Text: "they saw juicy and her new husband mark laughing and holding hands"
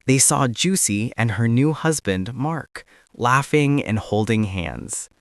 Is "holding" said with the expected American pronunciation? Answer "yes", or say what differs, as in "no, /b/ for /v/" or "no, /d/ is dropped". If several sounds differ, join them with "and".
yes